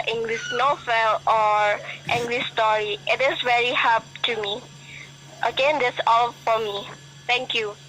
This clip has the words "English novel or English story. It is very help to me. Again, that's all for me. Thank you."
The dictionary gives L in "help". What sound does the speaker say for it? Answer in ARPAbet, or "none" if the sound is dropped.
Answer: none